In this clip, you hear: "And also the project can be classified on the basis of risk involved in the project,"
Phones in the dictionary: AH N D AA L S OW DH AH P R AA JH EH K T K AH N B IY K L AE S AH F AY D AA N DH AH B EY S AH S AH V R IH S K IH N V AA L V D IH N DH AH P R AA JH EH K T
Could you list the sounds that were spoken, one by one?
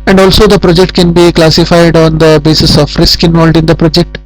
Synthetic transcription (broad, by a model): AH N D AA L S OW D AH P R AA JH EH K T K AH N B IY K L AE S AH F AY D AA N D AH B EY S AH S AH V R IH S K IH N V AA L D IH N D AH P R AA JH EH K T